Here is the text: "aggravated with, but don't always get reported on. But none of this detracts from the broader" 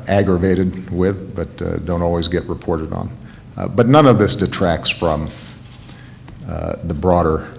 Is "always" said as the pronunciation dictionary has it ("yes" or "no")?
yes